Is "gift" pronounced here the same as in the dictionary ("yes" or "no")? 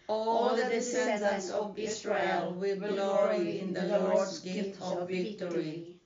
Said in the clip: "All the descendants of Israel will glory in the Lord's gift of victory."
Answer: no